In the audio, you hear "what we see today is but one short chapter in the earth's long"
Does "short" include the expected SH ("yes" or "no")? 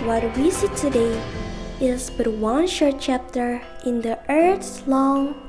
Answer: yes